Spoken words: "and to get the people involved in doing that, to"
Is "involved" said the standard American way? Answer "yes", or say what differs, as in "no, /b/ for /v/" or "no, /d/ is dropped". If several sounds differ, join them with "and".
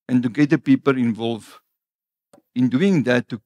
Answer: no, /d/ is dropped